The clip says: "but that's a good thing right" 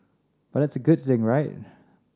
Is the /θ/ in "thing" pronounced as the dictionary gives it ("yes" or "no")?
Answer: yes